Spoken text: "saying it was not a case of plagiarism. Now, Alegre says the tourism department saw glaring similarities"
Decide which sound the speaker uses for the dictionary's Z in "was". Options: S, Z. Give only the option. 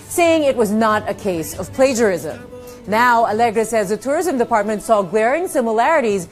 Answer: Z